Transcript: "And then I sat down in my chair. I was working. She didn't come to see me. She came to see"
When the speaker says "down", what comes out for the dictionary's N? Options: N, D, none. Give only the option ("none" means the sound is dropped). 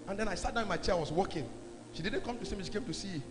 none